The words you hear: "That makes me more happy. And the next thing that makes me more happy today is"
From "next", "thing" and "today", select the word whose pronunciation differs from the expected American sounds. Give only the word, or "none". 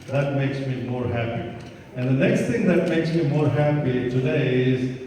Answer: thing